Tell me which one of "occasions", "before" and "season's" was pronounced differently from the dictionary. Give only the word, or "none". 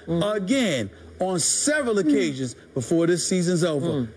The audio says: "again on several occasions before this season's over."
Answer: none